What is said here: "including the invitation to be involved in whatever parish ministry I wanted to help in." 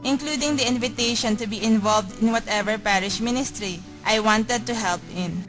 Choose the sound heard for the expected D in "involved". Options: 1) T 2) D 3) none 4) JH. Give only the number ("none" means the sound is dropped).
2